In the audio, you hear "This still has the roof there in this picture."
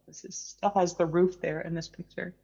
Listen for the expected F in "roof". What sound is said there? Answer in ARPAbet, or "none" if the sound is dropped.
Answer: F